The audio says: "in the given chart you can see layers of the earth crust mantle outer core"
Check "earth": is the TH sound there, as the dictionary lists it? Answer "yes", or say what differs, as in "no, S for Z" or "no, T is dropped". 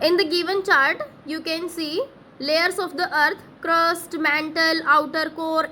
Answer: no, T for TH